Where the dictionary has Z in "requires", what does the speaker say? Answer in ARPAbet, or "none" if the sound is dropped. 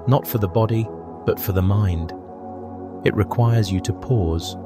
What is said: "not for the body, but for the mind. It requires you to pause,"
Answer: Z